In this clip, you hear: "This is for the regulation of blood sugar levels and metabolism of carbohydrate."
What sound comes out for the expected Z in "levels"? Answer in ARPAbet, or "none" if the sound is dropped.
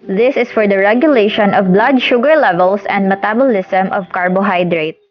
S